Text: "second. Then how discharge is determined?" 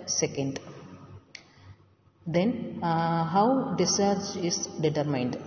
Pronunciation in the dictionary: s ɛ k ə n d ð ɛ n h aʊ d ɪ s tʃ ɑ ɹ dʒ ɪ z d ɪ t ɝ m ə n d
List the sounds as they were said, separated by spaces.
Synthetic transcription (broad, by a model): s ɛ k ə n d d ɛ n h aʊ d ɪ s ɑ ɹ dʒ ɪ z d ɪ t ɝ m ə n d